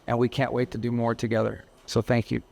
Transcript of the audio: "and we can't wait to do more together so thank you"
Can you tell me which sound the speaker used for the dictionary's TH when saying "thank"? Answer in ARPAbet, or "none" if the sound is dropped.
TH